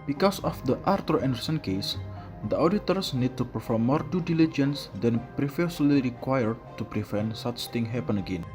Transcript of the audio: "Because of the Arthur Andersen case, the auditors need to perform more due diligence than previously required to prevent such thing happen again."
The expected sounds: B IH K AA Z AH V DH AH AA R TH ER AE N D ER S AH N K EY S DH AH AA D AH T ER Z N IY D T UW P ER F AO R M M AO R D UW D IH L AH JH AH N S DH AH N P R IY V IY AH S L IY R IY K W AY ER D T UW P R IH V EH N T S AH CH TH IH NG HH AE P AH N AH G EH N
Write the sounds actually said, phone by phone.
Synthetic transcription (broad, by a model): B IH K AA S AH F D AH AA R T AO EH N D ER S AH N K EY S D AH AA D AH T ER S N IY D T UW P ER F AO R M M AO R D UW D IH L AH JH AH N S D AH N P R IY F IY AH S L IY R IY K W AY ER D T UW P R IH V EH N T S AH CH T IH NG HH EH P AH N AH G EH N